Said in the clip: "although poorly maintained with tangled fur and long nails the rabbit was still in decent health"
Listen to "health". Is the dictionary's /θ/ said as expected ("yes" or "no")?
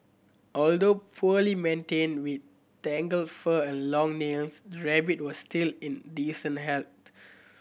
no